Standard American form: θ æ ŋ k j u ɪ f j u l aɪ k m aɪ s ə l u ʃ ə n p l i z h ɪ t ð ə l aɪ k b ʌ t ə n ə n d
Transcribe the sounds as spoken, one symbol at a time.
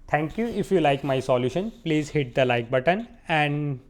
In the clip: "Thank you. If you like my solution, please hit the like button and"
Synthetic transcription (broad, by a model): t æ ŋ k j u ɪ f j u l aɪ k m aɪ s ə l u ʃ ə n p l i z h ɪ t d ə l aɪ k b ʌ t ə n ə n d